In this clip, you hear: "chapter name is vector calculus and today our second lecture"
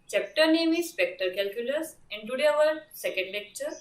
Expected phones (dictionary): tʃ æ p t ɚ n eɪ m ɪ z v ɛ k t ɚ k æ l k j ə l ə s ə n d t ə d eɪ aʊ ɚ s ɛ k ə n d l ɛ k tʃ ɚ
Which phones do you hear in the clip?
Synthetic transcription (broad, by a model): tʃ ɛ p t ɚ n eɪ m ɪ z p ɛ k t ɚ k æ l k j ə l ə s ə n d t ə d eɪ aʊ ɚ s ɛ k ə n d l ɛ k tʃ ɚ